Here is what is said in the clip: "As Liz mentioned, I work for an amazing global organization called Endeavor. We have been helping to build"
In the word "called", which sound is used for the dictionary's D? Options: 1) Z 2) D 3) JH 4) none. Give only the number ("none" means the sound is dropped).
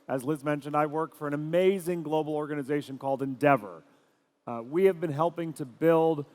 2